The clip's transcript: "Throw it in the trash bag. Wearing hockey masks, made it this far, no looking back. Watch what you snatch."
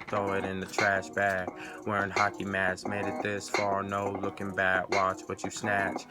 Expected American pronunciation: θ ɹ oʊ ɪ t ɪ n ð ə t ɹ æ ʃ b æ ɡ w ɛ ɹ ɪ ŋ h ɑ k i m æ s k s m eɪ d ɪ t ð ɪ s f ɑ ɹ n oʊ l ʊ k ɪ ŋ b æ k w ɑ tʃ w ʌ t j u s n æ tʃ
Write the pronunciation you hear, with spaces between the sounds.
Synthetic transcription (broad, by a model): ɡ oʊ ɪ t ɪ n ð ə t ɹ æ ʃ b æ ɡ w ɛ ɹ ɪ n h ɑ k i m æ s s m eɪ d ɪ t ð ɪ s f ɑ ɹ n oʊ l ʊ k ɪ ŋ b æ k w ɑ tʃ w ʌ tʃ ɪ s n æ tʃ